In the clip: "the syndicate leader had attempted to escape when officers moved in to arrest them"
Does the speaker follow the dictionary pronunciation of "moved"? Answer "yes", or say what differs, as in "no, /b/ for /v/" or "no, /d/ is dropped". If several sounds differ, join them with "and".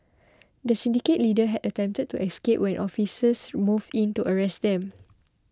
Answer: no, /d/ is dropped